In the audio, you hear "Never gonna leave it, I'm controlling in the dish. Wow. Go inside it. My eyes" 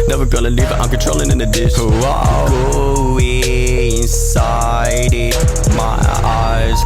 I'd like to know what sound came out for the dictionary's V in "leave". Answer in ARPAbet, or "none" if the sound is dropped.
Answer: B